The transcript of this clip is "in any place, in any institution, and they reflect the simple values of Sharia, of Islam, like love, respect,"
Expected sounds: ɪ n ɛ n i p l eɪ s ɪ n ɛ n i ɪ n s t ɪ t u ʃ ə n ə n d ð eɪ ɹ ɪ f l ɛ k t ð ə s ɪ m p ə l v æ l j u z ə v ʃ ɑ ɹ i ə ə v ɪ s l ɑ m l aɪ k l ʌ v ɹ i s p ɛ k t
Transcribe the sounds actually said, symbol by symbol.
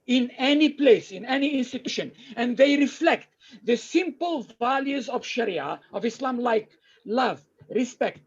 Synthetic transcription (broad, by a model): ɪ n ɛ n i p l eɪ s ɪ n ɛ n i ɪ n s t ɪ t u ʃ ə n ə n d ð eɪ ɹ ɪ f l ɛ k t ð ə s ɪ m p ə l v æ l j u z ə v ʃ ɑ ɹ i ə ə v ɪ s l ɑ m l aɪ k l ʌ v ɹ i s p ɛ k t